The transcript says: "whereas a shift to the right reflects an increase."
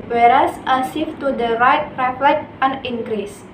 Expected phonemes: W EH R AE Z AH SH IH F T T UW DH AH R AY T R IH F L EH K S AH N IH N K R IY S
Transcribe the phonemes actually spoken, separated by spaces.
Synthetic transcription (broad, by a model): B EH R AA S AH S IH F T T UW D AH R AY T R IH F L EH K AH N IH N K R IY S